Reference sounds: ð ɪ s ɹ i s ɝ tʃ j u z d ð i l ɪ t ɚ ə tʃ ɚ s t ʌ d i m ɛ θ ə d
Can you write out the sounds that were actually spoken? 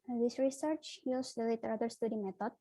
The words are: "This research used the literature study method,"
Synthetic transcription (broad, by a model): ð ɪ s ɹ i s ɝ tʃ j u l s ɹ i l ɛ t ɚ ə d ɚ s t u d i m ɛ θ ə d